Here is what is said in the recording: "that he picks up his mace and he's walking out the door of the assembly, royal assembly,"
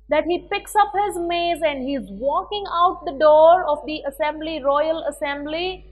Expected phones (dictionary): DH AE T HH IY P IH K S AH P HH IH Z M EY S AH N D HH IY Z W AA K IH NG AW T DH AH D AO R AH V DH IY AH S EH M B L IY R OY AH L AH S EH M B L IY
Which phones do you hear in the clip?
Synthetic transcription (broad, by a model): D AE T HH IY P IH K S AH P HH IH Z M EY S AH N D HH IY Z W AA K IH NG AW T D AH D AO R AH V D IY AH S EH M B L IY R OY AH L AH S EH M B L IY